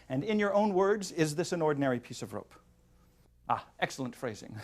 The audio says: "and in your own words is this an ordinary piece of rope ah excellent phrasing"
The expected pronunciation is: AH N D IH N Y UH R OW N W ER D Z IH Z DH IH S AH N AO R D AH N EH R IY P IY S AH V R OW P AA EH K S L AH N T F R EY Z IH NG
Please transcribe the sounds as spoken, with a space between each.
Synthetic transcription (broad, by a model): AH N IH N Y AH R OW N W ER D Z IH Z DH IH S AH N AO R D N EH R IY P IY S AH V R OW P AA EH K S L AH N T F R EY Z IH NG